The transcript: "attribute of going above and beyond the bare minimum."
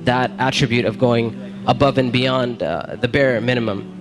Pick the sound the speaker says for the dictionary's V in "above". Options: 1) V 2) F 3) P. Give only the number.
1